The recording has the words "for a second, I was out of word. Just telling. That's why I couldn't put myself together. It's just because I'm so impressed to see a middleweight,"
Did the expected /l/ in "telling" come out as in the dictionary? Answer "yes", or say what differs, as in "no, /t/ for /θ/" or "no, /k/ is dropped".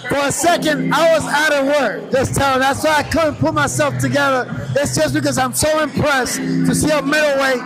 no, /l/ is dropped